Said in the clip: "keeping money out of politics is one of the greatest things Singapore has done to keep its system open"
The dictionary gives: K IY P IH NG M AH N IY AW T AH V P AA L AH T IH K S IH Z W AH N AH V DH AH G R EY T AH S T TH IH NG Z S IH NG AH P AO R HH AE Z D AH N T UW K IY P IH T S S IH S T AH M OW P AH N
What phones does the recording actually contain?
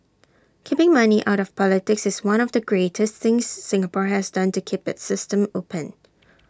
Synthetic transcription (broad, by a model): K IY P IH NG M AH N IY AW T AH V P AA L AH T IH K S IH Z W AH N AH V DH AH G R EY T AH S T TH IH NG S IH NG AH P AO R HH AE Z D AH N T UW K IY P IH T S S IH S T AH M OW P AH N